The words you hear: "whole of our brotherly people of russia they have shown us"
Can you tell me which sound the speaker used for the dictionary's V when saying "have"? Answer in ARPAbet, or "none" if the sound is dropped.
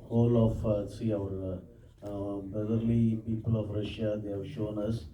V